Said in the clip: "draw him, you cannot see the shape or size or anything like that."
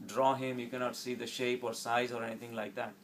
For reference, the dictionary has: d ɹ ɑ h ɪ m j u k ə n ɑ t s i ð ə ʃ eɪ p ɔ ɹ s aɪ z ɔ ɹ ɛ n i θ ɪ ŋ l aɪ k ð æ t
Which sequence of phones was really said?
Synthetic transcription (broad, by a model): d ɹ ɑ h ɪ m j u k ə n ɑ t s i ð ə ʃ eɪ p ɔ ɹ s aɪ z ɔ ɹ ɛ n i t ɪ ŋ l aɪ k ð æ t